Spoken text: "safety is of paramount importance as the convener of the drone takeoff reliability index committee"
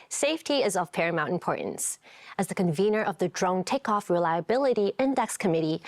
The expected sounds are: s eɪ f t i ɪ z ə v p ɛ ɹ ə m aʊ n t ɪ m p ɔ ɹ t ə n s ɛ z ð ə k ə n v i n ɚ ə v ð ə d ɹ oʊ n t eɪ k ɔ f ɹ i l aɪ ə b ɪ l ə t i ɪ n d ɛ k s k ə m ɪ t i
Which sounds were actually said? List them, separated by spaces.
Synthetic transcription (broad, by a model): s eɪ f t i ɪ z ə v p ɛ ɹ ə m aʊ n t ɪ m p ɔ ɹ t n s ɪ z ð ə k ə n v i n ɚ ə v ð ə d ɹ oʊ n t eɪ k ɔ f ɹ i l aɪ ə b ɪ l ə t i ɪ n d ɛ k s k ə m ɪ t i